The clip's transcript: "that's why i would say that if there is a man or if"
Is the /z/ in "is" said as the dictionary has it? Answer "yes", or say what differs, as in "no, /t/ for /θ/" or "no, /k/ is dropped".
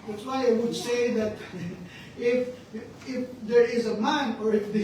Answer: yes